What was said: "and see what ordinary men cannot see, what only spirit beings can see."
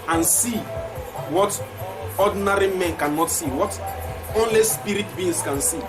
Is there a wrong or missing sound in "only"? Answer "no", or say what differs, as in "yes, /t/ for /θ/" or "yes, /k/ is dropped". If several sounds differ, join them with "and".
no